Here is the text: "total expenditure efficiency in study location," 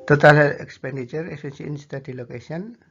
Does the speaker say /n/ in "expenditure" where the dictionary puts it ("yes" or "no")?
yes